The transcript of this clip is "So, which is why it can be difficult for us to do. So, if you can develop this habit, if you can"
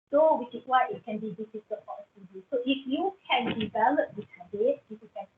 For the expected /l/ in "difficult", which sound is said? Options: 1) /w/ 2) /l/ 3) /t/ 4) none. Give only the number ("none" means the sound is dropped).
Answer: 4